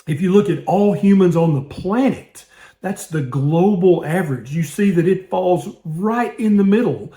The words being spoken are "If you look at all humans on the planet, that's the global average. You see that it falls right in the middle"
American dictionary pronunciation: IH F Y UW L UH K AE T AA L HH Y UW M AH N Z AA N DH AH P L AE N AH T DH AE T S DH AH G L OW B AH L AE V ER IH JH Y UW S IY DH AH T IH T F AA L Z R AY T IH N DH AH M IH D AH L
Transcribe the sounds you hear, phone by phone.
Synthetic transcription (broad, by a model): IH F Y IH L UH K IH T AA L HH Y UW M AH N Z N DH AH P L AE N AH T DH AE T S DH AH G L OW B L AE V ER IH JH Y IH S IY DH AH T IH T F AA L Z R AY T IH N DH AH M IH D L